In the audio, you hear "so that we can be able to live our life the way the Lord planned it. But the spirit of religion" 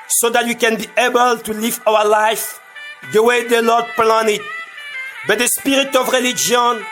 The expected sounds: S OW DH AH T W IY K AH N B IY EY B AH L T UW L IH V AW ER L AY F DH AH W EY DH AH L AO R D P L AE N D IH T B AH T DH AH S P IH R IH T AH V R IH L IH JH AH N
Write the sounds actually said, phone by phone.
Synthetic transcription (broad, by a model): S OW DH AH T W IY K AH N B IY EY B AH L T UW L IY V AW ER L AY F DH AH W EY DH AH L AO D P L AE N IH T B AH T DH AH S P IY R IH T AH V R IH L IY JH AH N